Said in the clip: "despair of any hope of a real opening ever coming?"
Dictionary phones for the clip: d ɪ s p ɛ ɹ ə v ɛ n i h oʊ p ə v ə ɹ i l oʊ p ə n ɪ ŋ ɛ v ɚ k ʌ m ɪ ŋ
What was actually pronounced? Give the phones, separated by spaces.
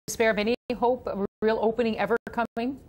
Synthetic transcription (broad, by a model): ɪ s p ɛ ɹ ə v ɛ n i h oʊ ə p ə ɹ i l oʊ p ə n ɪ ŋ ɛ v ɚ k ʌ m ɪ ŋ